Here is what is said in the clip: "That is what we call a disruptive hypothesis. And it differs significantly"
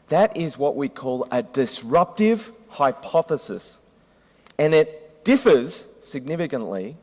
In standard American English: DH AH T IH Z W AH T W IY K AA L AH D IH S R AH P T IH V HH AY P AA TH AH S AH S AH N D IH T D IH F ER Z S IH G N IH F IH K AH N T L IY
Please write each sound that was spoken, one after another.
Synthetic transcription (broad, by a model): DH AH T IH Z W AH T W IY K AA L AH D IH S R AH P T IH V HH AY P AA TH AH S AH S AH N IH T D IH F ER Z S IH G N IH F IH K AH N T L IY